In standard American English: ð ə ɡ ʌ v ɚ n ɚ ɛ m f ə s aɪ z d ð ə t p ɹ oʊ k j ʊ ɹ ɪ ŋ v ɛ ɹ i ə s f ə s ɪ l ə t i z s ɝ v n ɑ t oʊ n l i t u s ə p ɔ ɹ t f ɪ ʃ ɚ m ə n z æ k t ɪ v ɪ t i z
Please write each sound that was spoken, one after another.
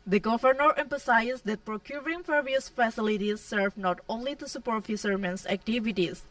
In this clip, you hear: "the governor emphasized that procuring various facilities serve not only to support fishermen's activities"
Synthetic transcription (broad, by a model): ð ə ɡ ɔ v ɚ n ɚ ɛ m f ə s aɪ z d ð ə t p ɹ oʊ k j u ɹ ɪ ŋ f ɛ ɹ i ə s f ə s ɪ l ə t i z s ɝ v n ɑ t oʊ n l i t u s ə p ɔ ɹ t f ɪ s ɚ m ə n s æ k t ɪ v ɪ t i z